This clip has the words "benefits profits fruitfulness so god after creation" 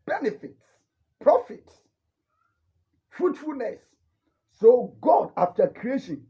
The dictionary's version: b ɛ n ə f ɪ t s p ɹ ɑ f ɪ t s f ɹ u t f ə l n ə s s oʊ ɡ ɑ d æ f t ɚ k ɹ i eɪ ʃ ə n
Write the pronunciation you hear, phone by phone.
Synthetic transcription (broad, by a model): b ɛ n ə f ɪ t s p ɹ ɑ f ɪ t s f ɹ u t f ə l n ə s s oʊ ɡ ɑ d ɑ f t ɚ k ɹ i eɪ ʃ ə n